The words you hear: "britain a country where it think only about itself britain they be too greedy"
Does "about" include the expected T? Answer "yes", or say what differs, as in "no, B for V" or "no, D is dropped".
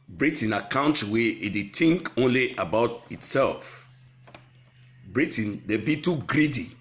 yes